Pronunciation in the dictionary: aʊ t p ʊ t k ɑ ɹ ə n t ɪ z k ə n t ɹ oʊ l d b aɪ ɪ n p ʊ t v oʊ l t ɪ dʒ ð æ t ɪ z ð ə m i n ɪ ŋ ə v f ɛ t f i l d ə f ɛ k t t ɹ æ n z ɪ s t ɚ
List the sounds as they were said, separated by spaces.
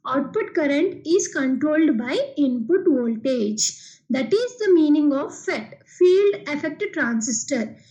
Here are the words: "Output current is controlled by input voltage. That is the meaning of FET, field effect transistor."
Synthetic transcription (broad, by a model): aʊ t p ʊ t k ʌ ɹ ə n t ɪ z k ə n t ɹ oʊ l d b aɪ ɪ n p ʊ t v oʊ l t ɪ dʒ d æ t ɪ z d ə m i n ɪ ŋ ə v f ɛ t f i l d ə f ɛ k t t ɹ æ n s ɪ s t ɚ